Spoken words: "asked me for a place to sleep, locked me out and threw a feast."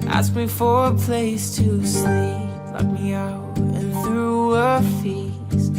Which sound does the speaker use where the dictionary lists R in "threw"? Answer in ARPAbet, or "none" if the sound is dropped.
R